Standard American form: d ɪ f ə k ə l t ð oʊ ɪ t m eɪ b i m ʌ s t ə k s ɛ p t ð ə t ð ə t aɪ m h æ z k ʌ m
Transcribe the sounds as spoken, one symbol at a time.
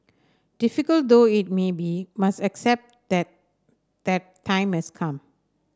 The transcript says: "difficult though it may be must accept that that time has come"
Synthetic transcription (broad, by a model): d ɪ f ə k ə l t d oʊ ɪ t m eɪ b i m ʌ s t ə k s ɛ p t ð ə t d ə t aɪ m h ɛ s k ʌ m